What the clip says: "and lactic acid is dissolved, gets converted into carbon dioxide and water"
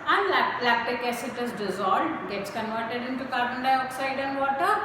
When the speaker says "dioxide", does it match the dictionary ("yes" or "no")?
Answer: yes